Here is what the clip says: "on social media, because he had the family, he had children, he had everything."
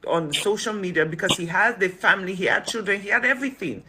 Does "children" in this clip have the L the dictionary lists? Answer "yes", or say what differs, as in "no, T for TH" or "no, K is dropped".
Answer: yes